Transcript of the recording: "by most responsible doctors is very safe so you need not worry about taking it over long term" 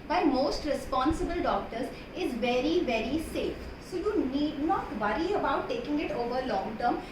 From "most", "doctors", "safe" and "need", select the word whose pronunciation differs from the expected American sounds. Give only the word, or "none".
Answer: none